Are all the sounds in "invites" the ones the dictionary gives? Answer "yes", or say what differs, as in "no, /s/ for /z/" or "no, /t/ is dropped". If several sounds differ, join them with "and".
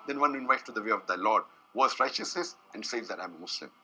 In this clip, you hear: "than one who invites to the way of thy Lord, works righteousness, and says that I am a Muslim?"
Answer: no, /s/ is dropped